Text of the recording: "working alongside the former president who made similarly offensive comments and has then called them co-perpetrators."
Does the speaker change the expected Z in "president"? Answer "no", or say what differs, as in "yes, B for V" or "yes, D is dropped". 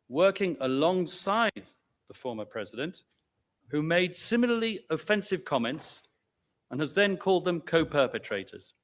no